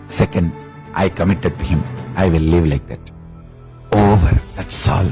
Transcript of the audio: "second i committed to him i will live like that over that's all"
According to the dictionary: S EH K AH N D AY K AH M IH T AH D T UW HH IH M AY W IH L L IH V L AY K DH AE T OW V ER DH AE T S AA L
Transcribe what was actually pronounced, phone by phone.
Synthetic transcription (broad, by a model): S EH K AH N D AY K AH M IH T AH D T UW HH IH M AY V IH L L IH V L AY K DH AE T OW V ER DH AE T S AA L